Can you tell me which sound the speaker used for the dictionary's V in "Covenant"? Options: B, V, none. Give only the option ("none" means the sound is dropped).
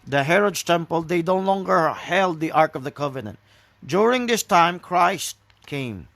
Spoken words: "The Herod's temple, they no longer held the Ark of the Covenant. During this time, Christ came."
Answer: V